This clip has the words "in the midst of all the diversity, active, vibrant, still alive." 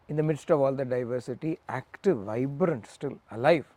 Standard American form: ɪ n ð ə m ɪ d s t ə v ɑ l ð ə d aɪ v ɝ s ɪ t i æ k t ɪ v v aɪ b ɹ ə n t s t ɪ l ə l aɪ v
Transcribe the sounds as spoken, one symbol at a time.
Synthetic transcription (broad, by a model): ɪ n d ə m ɪ d s t ə v ɑ l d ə d aɪ v ɝ s ɪ t i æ k t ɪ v v aɪ b ɹ ə n t s t ɪ l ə l aɪ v